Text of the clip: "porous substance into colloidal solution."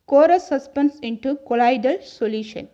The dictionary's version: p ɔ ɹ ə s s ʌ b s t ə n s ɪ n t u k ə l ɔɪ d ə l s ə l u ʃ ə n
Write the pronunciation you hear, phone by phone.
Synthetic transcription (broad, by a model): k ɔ ɹ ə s s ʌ s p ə n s ɪ n t u k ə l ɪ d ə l s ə l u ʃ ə n